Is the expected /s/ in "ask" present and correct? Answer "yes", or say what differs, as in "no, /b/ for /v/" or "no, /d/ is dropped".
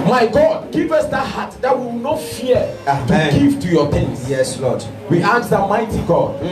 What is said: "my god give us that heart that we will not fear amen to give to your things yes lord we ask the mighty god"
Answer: no, /s/ is dropped